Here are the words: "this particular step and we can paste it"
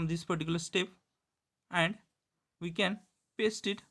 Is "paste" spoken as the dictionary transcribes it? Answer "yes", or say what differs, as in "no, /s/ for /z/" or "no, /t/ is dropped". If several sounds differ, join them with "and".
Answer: yes